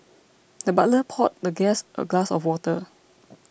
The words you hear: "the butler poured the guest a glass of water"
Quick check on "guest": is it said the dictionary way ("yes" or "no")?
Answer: yes